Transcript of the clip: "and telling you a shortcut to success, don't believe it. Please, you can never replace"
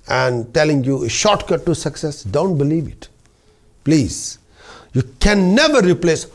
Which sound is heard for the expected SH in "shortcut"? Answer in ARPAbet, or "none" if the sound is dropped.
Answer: SH